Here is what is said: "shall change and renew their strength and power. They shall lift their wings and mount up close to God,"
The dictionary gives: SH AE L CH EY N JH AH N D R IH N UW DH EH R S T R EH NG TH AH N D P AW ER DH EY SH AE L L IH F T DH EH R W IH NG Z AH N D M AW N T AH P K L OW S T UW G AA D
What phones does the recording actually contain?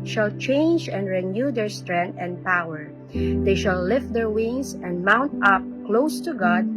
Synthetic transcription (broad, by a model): SH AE L CH EY N JH AH N D R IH N UW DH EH R S T R EH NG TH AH N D P AW ER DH EY SH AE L L IH F T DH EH R W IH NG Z AH N D M AW N T AH P K L OW S T UW G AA D